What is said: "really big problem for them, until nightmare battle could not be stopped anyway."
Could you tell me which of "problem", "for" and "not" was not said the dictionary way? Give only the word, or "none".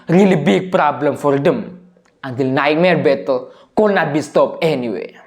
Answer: none